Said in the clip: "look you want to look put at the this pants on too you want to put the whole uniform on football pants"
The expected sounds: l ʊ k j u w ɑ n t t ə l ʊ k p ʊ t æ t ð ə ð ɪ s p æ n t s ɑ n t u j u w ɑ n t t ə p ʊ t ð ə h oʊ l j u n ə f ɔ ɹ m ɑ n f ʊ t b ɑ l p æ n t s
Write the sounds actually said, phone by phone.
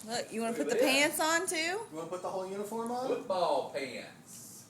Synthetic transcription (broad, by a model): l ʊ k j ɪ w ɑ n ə p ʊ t t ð ð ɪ p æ n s n t u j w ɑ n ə p ʊ t ð ə h oʊ l j u n ə f ɔ ɹ m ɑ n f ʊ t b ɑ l p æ n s